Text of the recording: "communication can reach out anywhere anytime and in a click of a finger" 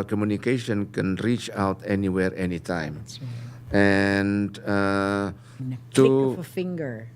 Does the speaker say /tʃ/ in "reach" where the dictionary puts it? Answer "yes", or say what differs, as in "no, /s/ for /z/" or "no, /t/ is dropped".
yes